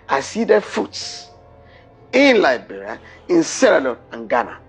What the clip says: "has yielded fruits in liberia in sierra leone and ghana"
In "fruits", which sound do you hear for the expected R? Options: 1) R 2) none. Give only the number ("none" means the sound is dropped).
2